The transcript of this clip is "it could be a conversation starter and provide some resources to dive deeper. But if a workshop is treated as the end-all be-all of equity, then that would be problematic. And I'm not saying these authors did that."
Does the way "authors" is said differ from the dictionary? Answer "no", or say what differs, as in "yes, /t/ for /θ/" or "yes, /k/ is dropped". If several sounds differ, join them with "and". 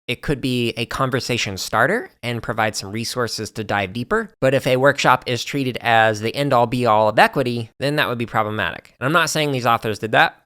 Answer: no